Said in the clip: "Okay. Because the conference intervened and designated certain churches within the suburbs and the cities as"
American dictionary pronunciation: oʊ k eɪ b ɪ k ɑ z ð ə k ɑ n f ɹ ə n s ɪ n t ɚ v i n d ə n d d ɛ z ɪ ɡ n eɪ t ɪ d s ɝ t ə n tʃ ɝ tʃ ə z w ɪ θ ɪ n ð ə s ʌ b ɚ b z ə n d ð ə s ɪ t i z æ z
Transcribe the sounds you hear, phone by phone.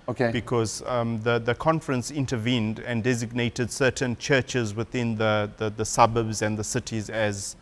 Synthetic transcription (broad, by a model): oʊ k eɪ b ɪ k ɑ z ð ə k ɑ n f ɹ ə n s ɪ n t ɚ v i n d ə n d d ɛ z ɪ ɡ n eɪ t ɪ d s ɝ t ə n tʃ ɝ tʃ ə z w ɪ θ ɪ n ð ə s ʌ b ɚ b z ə n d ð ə s ɪ t i z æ z